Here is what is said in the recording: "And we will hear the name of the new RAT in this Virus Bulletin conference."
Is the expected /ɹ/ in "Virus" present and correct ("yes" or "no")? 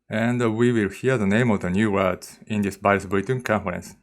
no